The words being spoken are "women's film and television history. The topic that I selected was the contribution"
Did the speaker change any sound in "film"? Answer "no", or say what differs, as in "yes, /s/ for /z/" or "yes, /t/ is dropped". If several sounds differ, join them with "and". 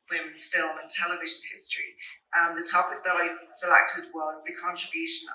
no